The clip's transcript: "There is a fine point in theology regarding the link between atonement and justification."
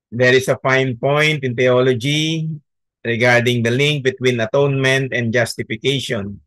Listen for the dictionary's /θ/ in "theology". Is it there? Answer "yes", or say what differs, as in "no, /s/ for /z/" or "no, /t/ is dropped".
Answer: no, /t/ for /θ/